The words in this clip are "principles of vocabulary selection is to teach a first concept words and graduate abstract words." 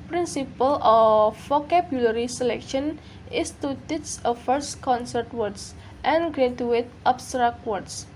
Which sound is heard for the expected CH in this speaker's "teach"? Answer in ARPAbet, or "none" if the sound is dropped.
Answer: S